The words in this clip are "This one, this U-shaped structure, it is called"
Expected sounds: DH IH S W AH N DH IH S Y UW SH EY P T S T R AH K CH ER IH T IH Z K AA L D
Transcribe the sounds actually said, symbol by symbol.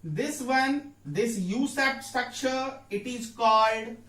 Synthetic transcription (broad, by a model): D IH S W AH N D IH S Y UW S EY T S T R AH K CH ER IH T IH Z K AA L D